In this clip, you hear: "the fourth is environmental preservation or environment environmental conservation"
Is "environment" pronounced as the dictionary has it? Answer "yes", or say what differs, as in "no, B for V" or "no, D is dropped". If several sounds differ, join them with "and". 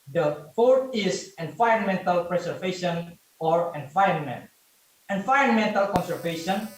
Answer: no, R is dropped